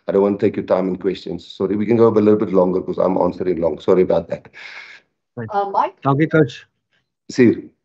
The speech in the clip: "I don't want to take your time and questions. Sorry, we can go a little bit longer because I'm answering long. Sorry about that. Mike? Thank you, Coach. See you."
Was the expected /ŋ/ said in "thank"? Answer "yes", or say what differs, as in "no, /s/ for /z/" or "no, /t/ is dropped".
no, /ŋ/ is dropped